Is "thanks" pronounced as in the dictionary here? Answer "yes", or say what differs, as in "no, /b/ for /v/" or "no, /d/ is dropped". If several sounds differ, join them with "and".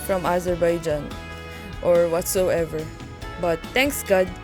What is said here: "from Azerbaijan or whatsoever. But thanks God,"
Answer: no, /t/ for /θ/